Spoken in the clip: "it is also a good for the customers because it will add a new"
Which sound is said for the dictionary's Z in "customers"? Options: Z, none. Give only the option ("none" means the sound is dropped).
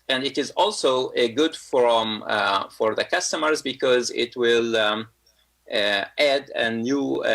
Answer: Z